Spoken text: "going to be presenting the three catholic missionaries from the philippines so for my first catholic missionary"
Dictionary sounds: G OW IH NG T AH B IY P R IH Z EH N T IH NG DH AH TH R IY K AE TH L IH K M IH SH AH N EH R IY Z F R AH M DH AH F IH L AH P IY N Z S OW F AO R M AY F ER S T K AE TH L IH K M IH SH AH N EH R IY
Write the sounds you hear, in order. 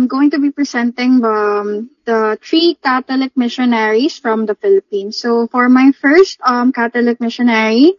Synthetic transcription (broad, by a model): G OW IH NG T AH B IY P R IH S EH N T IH NG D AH T R IY K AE T L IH K M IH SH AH N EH R IY S F R AH M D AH F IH L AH P IY N S OW F AO R M AY F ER S T K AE T L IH K M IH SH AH N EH R IY